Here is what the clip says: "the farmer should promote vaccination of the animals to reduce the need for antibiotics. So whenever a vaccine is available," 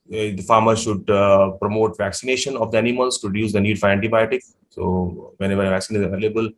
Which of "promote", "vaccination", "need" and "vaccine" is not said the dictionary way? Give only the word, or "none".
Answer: none